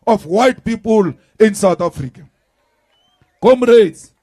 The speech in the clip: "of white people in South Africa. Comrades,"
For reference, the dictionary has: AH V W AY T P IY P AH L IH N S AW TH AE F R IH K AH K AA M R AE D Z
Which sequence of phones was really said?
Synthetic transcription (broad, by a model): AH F W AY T P IY P AH L IH N S AW T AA F R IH K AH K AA M R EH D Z